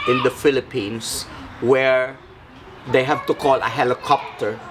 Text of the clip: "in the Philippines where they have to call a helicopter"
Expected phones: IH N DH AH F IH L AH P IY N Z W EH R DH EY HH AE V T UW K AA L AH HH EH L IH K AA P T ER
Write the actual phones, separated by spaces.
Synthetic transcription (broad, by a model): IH N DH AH F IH L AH P IY N S W EH R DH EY HH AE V T UW K AA L AH HH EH L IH K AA P T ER